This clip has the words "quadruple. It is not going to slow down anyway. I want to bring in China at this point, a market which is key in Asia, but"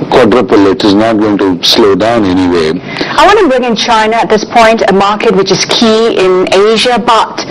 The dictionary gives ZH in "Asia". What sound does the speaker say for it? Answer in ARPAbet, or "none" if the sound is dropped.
ZH